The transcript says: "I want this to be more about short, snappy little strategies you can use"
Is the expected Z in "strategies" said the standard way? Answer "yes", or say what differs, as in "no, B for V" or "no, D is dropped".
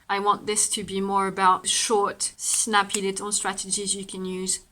yes